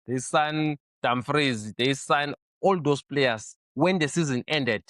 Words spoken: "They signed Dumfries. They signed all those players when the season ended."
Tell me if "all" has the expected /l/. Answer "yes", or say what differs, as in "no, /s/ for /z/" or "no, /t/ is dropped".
yes